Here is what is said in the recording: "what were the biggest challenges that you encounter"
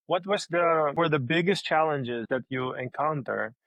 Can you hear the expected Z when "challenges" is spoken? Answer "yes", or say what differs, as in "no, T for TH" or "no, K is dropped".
yes